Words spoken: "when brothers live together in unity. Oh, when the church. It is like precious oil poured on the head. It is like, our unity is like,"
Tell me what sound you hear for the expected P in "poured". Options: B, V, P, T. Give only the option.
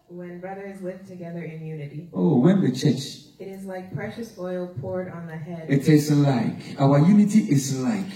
P